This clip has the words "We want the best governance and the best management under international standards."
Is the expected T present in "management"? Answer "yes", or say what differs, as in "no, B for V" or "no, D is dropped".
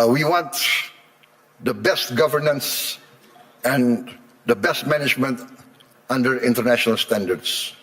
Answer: yes